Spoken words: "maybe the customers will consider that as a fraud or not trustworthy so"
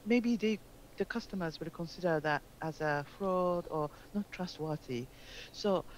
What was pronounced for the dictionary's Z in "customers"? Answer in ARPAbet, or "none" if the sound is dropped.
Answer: Z